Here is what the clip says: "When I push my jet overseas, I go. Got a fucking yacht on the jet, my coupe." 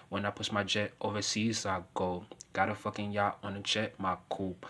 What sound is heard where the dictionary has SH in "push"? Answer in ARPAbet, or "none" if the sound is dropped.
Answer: S